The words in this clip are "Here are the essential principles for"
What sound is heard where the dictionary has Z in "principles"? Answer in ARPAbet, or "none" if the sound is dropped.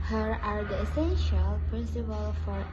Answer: none